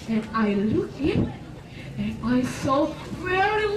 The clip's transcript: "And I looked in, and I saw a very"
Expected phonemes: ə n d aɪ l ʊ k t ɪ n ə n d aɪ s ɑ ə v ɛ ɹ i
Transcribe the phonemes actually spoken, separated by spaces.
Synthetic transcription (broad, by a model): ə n aɪ l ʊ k ɪ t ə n aɪ s ɑ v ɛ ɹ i